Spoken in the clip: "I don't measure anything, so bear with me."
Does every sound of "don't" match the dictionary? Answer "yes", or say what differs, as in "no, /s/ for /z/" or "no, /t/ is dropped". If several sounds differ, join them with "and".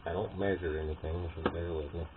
yes